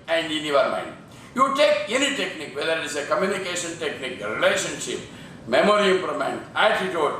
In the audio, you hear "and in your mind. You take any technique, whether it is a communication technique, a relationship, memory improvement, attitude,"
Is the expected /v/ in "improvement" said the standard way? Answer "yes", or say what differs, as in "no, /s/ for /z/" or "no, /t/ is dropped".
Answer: no, /v/ is dropped